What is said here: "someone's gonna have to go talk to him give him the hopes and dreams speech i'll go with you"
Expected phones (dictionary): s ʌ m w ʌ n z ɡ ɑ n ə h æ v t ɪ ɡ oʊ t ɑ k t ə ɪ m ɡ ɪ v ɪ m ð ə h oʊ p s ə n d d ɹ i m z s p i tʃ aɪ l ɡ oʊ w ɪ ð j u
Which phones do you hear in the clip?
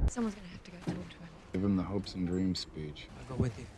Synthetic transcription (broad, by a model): s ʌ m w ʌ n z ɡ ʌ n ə h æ f t ɪ ɡ oʊ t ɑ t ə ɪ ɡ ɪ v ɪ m ð ə h oʊ p s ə n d d ɹ i m s p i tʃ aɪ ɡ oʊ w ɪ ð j